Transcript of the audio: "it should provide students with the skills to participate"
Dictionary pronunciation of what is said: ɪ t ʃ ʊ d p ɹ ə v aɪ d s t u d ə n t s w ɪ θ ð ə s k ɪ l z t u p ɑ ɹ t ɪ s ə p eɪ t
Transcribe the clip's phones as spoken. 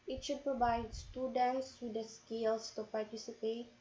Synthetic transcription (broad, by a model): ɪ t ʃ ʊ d p ɹ ə v aɪ d s t u d ə n t s w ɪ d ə s k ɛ l s t u p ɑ ɹ t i s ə p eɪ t